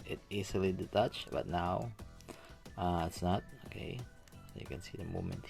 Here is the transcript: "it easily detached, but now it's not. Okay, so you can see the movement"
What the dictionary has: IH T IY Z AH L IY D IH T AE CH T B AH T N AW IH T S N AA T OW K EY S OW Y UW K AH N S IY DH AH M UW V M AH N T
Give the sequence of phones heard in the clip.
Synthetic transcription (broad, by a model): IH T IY S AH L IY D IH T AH CH B AH T N AW IH T S N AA T OW K EY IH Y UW K AH N S IY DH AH M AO M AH N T